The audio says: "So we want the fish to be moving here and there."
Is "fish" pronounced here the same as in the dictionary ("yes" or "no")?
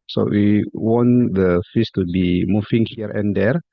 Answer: no